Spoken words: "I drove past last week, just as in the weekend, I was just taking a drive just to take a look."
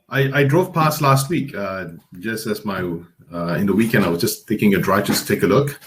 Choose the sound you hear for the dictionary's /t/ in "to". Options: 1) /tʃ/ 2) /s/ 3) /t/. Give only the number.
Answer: 3